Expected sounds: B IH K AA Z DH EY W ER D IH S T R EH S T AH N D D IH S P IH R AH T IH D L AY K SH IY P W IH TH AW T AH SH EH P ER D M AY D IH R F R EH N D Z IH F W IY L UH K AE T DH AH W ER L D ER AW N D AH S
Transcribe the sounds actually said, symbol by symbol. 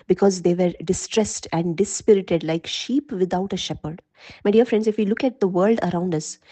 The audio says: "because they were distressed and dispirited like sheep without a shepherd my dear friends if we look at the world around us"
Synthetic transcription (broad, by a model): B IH K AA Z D EY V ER D IH S T R EH S T AH N D D IH S P IH R AH T IH D L AY K SH IY P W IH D AW T AH SH EH P ER D M AY D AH R F R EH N D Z IH F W IY L UH K AE T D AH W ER L D ER AW N D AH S